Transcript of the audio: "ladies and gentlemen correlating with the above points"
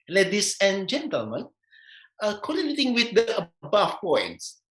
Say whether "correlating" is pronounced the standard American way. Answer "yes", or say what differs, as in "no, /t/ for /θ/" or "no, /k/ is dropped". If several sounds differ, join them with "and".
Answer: no, /n/ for /l/